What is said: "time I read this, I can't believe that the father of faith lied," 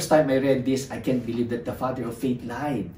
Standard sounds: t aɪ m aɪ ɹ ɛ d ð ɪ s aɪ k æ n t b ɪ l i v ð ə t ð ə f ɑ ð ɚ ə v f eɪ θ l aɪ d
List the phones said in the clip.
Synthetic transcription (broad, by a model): t aɪ m aɪ ɹ ɛ d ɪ s aɪ k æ n t b ɪ l i v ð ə t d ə f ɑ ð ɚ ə f eɪ t l aɪ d